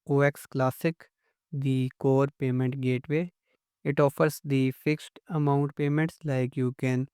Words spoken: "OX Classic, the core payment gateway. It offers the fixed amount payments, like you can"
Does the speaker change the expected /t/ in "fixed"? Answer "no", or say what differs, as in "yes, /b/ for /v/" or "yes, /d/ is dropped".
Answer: no